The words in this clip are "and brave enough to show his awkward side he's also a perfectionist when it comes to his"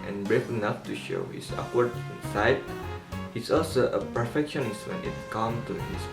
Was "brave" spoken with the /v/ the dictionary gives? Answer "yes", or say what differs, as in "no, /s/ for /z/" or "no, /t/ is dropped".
no, /f/ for /v/